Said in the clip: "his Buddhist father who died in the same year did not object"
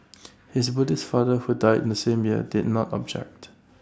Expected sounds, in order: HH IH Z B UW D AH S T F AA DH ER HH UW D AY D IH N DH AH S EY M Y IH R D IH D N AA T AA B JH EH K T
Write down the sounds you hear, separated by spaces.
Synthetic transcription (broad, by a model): HH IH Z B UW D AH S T F AA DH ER HH UW D AY D IH N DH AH S EY M Y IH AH D IH D N AA T AA B JH EH K T